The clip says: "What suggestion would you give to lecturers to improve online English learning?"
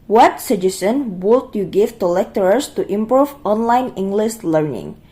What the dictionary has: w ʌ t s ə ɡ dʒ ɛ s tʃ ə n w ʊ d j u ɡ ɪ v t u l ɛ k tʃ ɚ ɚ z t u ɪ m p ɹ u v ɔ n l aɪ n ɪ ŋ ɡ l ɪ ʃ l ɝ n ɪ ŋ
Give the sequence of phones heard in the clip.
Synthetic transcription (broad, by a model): w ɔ t s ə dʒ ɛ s ə n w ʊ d j u ɡ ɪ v t u l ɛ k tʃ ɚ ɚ s t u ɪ m p ɹ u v ɔ n l aɪ n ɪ ŋ ɡ l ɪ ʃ l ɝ n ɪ ŋ